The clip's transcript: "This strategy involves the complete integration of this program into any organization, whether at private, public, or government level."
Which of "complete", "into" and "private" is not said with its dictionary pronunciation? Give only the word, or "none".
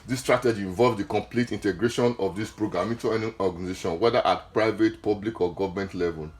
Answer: into